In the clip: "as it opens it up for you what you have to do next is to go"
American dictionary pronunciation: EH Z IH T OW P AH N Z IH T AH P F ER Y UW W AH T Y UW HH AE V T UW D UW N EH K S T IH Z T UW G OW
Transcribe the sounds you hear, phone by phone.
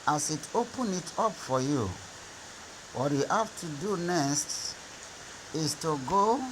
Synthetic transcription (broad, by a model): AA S IH T OW P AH N IH T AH P F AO Y UW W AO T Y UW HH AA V T UW D UW N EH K S T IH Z T UW G OW